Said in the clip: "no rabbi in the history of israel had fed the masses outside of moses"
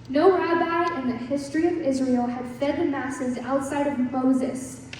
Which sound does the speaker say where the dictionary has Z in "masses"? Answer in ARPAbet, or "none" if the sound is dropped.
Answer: Z